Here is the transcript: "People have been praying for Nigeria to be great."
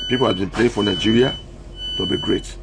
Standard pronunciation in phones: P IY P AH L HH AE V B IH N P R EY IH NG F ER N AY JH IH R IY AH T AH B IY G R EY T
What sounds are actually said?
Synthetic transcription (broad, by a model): P IY P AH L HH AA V B IH N P L EY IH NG F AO N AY JH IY R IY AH T AH B IY G R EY T